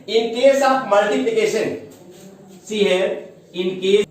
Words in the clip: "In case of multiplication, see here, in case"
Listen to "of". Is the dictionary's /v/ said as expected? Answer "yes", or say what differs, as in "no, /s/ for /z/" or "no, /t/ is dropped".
no, /p/ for /v/